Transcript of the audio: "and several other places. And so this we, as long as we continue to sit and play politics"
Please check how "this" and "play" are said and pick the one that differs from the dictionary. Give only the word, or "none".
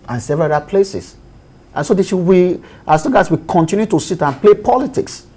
this